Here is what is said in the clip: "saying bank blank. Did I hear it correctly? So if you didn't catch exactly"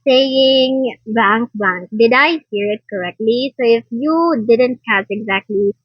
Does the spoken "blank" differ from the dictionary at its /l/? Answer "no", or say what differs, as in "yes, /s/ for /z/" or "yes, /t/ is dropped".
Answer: yes, /l/ is dropped